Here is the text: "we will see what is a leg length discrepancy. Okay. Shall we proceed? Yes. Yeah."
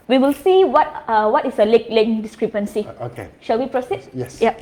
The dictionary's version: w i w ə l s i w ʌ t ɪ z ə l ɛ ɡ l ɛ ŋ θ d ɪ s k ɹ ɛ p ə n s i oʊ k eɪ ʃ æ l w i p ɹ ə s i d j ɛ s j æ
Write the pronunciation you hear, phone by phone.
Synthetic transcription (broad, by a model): w i w ə l s i w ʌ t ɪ s ə l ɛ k l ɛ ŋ d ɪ s k ɹ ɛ p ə n s i oʊ k eɪ ʃ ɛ l w i p ɹ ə s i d j ɛ s j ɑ